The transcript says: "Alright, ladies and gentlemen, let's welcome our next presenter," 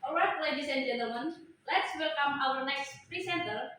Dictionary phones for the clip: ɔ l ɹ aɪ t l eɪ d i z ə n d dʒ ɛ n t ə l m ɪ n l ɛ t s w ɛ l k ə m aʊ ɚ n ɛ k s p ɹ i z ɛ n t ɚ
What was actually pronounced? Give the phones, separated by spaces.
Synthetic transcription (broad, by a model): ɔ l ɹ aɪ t l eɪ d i s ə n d dʒ ɛ n t ə l m ɪ n l ɛ t s w ɛ l k ə m aʊ ɚ n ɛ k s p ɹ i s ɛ n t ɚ